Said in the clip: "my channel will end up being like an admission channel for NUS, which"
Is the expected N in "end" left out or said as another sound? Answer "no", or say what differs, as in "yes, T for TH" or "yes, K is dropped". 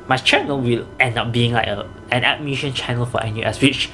no